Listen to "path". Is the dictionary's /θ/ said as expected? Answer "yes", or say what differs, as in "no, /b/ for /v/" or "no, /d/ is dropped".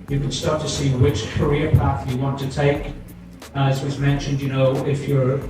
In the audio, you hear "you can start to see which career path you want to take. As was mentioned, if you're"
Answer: yes